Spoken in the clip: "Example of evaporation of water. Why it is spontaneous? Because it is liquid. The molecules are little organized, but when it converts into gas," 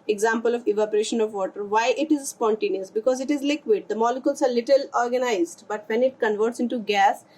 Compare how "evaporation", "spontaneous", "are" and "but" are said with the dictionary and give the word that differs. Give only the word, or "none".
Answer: none